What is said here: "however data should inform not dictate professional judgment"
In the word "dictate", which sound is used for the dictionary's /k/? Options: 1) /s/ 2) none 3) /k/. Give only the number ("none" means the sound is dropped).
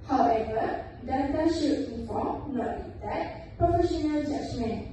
2